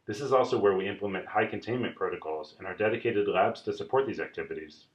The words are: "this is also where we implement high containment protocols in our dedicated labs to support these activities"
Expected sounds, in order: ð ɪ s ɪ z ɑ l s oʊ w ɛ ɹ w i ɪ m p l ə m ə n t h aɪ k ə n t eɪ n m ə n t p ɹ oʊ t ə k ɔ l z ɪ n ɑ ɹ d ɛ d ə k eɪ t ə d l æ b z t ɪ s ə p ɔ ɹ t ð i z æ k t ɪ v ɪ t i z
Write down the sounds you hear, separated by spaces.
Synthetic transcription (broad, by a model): ð ɪ s ɪ z ɑ l s oʊ w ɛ ɹ w i ɪ m p l ə m ə n t h aɪ k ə n t eɪ n m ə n p ɹ oʊ t ə k ɔ l z ɪ n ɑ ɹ d ɛ d ə k eɪ t ə d l æ b z t ɪ s ə p ɔ ɹ t ð i z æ k t ɪ v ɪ t i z